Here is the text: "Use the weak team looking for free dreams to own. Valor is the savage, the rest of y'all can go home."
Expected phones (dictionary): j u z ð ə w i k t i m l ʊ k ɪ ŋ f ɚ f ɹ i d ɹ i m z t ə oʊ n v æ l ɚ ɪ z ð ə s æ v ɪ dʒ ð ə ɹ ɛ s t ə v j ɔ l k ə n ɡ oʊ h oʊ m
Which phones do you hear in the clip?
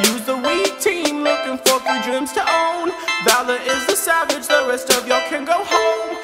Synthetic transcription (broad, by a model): j u z ð ə w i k t i m l ʊ k ɪ ŋ f ɚ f i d ɹ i m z t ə oʊ n b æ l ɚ ɪ z ð ə s æ v ɪ dʒ ð ə ɹ ɛ s t ə v j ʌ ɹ k ə n ɡ oʊ h oʊ m